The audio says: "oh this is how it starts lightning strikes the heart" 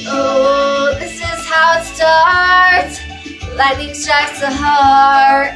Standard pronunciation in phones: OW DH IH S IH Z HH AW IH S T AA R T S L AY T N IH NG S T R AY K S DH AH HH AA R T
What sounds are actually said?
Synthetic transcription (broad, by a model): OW DH IH S IH Z HH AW IH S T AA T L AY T IH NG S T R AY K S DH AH HH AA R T